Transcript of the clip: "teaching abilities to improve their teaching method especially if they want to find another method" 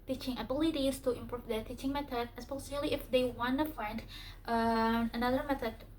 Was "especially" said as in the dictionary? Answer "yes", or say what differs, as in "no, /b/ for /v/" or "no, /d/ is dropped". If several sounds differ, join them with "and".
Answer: no, /s/ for /ʃ/